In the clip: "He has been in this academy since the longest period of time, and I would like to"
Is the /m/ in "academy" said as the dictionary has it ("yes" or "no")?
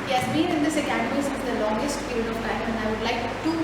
no